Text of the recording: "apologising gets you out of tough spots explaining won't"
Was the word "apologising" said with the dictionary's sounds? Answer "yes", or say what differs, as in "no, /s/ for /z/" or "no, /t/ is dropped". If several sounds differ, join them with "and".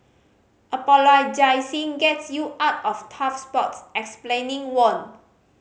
no, /s/ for /z/